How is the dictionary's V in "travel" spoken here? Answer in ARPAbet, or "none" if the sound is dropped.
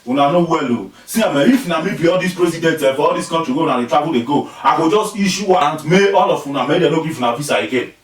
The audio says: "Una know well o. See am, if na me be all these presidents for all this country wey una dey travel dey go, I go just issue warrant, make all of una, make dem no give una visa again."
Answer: B